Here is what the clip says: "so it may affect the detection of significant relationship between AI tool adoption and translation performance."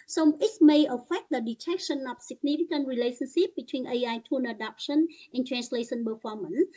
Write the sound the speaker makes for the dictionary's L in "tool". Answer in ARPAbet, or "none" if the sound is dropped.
N